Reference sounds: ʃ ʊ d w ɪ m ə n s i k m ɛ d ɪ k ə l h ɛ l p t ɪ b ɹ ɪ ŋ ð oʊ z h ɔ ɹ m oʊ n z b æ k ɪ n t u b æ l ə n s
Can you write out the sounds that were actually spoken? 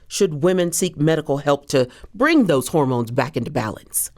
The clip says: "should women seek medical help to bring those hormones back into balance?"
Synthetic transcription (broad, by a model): ʃ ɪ d w ɪ m ə n s i k m ɛ d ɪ k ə l h ɛ l p t ɪ b ɹ ɪ ŋ ð oʊ z h ɔ ɹ m oʊ n z b æ k ɪ n t u b æ l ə n s